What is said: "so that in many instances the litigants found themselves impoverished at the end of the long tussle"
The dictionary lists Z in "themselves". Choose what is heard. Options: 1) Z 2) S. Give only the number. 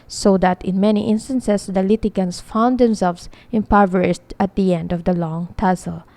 2